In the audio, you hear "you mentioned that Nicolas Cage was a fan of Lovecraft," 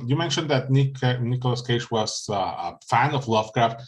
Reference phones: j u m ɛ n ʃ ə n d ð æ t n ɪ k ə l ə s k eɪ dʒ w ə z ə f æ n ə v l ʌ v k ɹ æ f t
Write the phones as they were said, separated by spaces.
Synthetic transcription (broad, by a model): j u m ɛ n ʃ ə n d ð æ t n ɪ k ə l ə s k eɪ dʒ w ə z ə f æ n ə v l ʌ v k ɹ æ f t